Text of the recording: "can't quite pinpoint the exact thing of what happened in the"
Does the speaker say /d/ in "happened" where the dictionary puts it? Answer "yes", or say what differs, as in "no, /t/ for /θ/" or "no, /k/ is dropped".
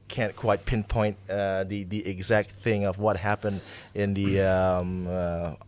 yes